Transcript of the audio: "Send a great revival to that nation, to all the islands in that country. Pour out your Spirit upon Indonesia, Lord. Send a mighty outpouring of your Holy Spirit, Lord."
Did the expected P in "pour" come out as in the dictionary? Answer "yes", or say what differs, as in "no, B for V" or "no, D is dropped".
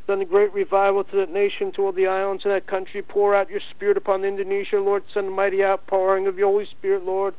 yes